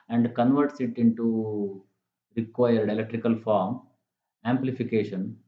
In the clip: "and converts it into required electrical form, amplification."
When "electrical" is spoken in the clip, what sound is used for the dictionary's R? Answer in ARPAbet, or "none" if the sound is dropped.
R